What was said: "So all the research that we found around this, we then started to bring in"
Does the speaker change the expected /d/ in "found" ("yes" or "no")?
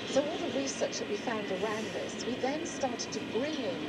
no